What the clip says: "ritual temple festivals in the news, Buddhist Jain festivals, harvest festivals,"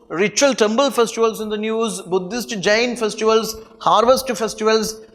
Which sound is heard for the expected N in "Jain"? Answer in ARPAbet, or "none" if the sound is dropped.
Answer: N